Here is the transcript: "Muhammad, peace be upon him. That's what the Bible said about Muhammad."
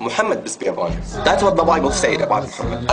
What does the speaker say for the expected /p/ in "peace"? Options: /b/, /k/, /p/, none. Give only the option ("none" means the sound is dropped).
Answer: /b/